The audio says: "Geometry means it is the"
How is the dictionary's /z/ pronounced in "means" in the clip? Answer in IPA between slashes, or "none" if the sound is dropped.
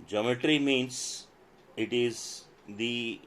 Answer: /s/